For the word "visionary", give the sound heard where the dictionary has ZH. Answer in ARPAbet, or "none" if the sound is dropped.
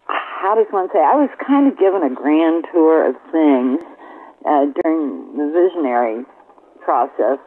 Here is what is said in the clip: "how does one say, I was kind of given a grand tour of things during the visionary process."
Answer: ZH